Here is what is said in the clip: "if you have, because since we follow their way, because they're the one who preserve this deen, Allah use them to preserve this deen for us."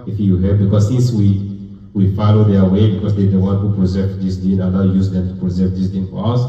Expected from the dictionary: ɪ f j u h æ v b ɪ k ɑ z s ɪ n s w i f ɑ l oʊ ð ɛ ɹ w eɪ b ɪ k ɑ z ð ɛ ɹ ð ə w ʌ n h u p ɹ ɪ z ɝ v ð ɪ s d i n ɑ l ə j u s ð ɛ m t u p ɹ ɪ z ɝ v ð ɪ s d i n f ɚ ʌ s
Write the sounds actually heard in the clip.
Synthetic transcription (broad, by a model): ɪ f j u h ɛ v b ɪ k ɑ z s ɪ n s w i f ɑ l oʊ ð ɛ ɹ w eɪ b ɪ k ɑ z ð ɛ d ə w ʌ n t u p ɹ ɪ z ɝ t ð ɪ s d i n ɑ n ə j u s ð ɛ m t u p ɹ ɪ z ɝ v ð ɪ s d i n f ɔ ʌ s